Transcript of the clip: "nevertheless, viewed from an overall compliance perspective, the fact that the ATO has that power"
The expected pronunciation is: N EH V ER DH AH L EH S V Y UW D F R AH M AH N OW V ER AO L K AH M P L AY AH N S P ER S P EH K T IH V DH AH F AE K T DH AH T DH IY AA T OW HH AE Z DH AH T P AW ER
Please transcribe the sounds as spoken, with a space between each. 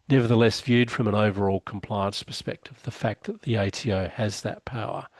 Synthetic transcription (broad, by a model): N EH V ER DH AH L EH S V Y UW D F R AH M AH N OW V ER AO L K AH M P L AY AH N S P ER S P EH K T IH V DH AH F AE K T DH AH T DH IY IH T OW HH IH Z DH AH T P AW ER